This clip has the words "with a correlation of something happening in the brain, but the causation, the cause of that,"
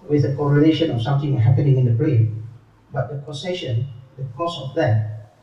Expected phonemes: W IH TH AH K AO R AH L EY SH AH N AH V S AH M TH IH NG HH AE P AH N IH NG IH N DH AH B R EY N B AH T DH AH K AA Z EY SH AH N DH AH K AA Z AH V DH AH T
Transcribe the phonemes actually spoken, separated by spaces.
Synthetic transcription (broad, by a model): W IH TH AH K AO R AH N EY SH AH N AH F S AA M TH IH NG HH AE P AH N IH NG IH N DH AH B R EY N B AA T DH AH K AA S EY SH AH N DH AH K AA S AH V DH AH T